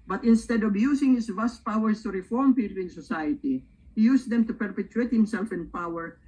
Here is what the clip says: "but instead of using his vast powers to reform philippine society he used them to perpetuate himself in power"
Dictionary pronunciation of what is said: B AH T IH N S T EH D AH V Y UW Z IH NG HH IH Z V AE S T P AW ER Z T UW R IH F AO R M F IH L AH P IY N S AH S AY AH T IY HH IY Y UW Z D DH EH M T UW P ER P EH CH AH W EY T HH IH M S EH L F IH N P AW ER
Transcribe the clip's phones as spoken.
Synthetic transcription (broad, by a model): B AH T IH N S T EH D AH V Y UW S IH NG HH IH S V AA S T P AW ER S T UW R IH F AO R M P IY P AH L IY N S AH S AY AH T IY HH IY Y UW S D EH M T UW P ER P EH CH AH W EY T HH IH M S EH L F IH N P AW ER